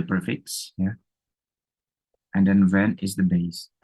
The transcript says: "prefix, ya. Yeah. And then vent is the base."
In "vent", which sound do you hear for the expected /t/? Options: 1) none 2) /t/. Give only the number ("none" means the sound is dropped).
1